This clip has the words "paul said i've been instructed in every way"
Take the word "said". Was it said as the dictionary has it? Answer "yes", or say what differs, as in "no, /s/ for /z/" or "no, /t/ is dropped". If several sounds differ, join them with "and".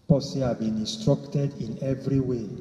no, /d/ is dropped